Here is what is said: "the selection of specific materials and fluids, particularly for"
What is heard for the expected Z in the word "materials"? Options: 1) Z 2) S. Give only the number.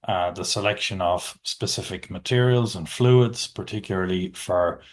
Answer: 1